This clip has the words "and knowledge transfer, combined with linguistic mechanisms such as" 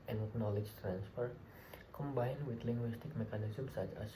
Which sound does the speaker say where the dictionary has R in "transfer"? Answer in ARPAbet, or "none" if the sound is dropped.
R